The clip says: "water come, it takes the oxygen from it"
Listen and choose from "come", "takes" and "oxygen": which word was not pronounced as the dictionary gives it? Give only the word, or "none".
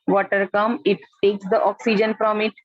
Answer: none